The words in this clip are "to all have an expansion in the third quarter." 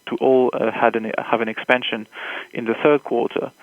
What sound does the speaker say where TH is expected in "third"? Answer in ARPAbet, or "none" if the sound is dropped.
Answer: TH